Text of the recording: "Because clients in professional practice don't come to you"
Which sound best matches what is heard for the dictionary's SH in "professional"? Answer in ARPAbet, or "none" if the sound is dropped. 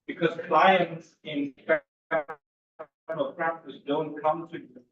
none